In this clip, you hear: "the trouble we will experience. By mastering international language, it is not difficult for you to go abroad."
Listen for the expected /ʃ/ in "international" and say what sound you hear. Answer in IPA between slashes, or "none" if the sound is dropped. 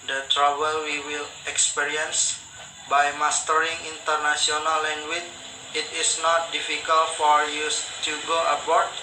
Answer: /s/